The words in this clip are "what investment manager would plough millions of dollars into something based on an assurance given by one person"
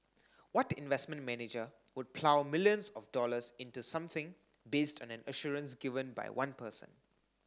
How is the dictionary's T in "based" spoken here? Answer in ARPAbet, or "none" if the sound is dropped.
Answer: T